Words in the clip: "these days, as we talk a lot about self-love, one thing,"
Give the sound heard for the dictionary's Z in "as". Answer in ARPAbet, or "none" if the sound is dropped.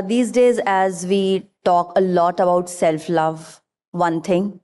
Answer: Z